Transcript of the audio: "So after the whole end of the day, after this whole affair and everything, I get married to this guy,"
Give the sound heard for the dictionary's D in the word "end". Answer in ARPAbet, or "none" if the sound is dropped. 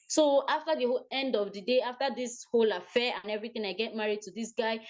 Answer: D